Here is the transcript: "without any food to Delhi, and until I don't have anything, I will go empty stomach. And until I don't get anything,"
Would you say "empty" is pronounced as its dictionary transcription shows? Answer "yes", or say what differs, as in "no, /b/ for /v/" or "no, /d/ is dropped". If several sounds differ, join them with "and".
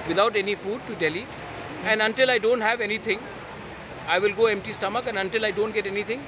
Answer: yes